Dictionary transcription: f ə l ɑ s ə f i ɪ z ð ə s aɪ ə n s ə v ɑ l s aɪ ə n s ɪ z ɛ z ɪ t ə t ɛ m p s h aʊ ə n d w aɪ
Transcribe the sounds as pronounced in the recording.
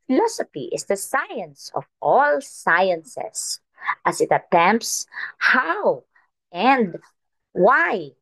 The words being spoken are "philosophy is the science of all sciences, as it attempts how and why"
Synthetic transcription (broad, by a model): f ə l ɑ s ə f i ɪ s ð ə s aɪ ə n s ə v ɑ l s aɪ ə n s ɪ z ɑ s ɪ t ə t ɛ m p s h aʊ ə n d w aɪ